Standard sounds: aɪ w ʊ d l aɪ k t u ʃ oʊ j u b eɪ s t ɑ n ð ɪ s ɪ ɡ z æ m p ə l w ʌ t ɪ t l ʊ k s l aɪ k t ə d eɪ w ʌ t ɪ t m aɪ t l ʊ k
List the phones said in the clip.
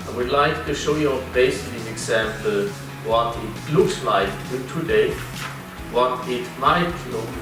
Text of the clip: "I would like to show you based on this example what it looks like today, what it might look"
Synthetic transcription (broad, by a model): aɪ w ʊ d l aɪ k t u ʃ oʊ j u b eɪ s ɪ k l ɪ ɪ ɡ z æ m p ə l w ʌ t ɪ t l ʊ k s l aɪ k t ə d eɪ w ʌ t ɪ t m aɪ t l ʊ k